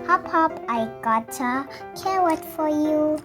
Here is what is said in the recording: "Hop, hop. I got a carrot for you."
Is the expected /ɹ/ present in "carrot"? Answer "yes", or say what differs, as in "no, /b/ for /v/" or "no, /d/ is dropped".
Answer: no, /w/ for /ɹ/